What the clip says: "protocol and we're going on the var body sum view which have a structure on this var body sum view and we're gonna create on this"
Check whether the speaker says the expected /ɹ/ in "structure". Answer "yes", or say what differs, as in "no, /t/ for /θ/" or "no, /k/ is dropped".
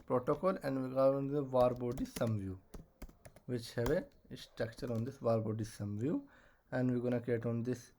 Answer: yes